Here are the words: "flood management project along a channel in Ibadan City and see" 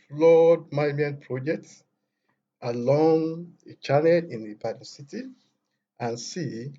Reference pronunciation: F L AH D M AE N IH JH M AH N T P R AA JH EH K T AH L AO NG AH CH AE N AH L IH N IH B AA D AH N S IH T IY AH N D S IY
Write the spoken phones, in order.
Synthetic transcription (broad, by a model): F L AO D M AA IH M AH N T P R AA JH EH K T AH L AO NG AH CH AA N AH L IH N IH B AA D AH S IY T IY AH N S IY